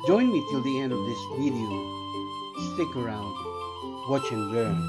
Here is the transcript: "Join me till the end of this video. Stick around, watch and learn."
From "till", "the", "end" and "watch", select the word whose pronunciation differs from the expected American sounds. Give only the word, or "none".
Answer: none